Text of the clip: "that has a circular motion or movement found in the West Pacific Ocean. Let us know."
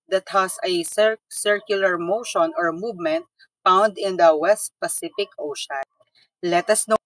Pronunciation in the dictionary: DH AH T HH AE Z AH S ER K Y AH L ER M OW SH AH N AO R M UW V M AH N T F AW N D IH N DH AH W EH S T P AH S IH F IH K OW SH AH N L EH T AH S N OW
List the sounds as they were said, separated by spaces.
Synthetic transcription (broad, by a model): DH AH T HH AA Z AH S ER K Y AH L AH M OW SH AH N AO R M UW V M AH N T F AW N D IH N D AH W EH S T P AH S IH F IH K OW SH AH N L EH T AH S N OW